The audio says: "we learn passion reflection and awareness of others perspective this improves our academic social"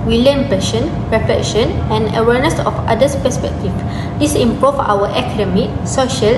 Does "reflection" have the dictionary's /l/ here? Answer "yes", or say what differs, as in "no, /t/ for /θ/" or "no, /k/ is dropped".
no, /l/ is dropped